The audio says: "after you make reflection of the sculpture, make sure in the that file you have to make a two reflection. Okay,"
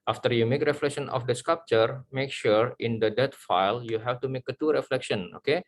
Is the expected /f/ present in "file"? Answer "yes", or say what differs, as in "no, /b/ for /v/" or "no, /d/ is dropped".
yes